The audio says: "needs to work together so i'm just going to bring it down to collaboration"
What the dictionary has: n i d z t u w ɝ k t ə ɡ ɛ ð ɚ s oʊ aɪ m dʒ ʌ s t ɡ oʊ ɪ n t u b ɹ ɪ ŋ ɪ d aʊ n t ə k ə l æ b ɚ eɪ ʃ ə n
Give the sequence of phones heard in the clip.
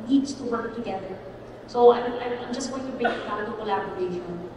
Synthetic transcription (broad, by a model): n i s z t u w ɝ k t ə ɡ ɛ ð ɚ s oʊ aɪ m dʒ ʌ s t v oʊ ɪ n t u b ɪ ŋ ɪ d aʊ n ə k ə l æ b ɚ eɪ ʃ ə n